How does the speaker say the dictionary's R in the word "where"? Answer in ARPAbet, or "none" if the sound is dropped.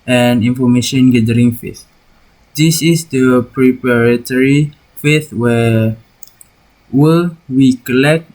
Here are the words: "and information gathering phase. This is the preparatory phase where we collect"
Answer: W